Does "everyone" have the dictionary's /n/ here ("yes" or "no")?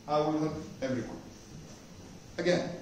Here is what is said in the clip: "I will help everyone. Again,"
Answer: no